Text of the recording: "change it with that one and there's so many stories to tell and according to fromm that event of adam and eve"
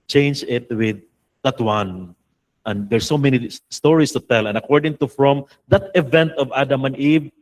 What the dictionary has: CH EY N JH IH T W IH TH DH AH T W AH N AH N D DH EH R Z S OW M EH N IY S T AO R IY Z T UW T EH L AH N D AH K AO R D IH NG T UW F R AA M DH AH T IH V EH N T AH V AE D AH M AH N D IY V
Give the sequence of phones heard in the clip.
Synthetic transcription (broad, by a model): CH EY N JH IH T W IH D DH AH T W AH N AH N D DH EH R S OW M EH N IY S T AO R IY S T UW T EH L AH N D AH K AO R D IH NG T UW F R AA M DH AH T IH V EH N T AH V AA D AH M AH N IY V